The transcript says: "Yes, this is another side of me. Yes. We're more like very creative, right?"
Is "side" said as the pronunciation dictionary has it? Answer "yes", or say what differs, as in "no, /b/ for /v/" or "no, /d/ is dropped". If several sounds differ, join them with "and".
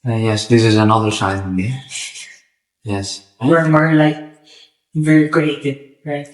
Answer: no, /d/ is dropped